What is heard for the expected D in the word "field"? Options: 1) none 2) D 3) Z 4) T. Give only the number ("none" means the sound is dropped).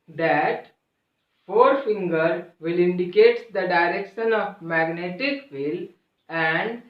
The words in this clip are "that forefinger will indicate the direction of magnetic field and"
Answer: 1